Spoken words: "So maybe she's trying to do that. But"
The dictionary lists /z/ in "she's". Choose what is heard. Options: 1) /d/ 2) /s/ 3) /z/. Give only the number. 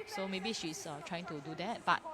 2